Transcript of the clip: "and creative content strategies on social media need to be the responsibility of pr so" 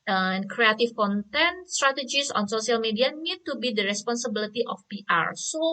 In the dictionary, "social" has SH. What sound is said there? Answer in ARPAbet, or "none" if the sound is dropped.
S